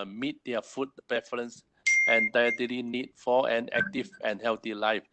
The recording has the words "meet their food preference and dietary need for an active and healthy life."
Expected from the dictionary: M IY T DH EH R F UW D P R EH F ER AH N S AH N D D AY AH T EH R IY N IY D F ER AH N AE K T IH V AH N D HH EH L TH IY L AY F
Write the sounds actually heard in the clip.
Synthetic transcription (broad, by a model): M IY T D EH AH F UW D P EH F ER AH N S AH N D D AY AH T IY L IY N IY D F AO AH N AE K T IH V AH N HH EH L T IY L AY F